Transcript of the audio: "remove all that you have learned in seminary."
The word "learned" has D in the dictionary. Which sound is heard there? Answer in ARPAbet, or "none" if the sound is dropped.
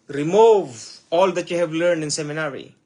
D